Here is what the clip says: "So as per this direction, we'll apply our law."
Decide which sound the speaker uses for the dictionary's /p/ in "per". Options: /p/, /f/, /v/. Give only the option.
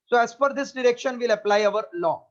/f/